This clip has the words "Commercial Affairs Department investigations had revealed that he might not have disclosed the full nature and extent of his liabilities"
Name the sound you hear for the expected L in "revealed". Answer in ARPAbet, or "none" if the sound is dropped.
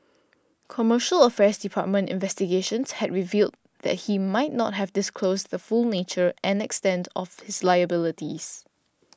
L